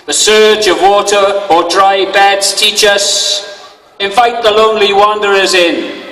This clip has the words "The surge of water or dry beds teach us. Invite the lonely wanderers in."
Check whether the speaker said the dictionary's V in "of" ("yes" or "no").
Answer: yes